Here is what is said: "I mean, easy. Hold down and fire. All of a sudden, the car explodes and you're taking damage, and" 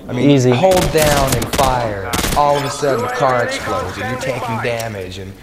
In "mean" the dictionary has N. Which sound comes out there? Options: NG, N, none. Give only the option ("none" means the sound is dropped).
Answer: none